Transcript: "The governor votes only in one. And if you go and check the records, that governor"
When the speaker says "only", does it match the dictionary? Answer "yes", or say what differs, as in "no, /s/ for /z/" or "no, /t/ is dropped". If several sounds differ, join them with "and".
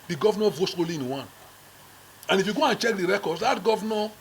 no, /n/ is dropped